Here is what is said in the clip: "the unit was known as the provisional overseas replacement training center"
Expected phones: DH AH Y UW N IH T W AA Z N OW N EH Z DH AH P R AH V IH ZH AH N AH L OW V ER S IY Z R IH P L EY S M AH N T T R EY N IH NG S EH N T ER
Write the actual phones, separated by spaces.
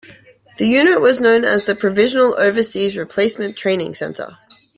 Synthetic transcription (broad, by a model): DH AH Y UW N IH T W AA Z N OW N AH Z DH AH P R AH V IH ZH AH N AH L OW V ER S IY Z R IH P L EY S M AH N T T R EY N IH NG S EH N T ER